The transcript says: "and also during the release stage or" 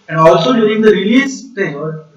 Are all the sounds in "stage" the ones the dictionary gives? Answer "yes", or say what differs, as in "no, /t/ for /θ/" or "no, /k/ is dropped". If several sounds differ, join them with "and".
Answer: no, /dʒ/ is dropped